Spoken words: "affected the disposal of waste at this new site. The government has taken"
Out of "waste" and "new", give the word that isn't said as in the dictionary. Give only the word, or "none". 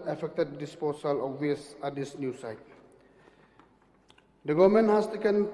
waste